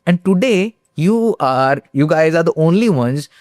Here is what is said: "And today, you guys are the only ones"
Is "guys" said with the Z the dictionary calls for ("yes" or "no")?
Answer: yes